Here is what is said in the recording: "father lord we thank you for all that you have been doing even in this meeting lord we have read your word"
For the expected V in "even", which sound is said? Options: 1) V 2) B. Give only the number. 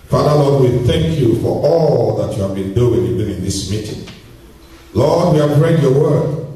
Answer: 2